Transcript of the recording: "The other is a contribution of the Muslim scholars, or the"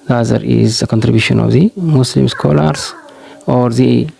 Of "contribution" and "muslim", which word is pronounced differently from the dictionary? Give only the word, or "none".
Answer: muslim